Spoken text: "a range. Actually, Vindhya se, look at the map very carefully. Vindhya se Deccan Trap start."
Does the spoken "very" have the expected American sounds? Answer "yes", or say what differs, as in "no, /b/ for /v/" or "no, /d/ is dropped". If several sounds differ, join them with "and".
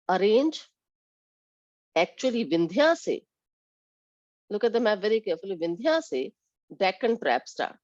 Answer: yes